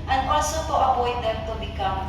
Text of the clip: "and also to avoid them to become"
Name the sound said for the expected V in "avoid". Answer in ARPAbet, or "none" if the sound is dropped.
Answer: P